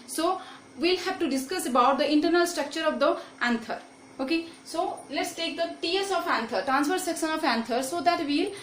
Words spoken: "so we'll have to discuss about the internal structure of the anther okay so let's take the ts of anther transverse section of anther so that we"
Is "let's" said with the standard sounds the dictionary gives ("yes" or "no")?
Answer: yes